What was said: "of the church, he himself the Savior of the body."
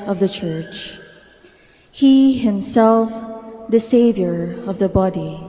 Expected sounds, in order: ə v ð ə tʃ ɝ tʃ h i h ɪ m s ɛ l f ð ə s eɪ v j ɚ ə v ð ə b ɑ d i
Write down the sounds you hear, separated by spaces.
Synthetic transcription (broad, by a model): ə v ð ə tʃ ɝ tʃ h i h ɪ m s ɛ l f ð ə s eɪ v j ɚ ə v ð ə b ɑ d i